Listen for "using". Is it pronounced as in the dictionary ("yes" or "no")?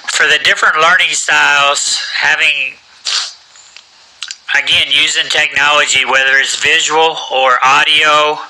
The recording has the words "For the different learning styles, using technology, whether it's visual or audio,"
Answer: yes